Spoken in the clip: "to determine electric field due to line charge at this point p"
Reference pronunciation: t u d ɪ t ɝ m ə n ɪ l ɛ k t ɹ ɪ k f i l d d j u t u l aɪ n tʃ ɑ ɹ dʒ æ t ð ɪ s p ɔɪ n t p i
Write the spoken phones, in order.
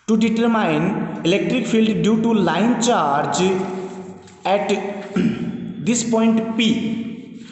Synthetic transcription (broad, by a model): t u d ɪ t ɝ m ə n ɪ l ɛ k t ɹ ɪ k p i l d d j u t u l aɪ n tʃ ɑ ɹ dʒ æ t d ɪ s p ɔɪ n t p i